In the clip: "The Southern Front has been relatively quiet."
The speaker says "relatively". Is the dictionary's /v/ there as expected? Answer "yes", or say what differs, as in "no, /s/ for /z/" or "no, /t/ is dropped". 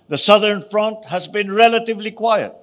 yes